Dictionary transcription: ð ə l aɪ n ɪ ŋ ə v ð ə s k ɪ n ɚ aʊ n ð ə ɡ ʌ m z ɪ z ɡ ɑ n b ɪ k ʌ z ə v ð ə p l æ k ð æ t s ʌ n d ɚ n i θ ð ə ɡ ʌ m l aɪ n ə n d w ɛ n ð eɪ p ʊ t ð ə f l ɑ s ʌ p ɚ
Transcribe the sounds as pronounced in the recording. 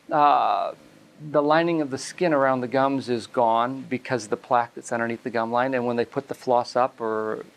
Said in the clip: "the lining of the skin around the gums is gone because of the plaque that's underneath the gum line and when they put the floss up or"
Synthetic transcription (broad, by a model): ð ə l aɪ n ɪ ŋ ə v ð ə s k ɪ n ɚ aʊ n ð ə ɡ ʌ m z ɪ z ɡ ɑ n b ɪ k ʌ z ə v ð ə p l æ k ð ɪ t s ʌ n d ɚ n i t ð ə ɡ ʌ m l aɪ n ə n w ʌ n ð eɪ p ʊ t ð ə f l ɑ s ʌ p ɚ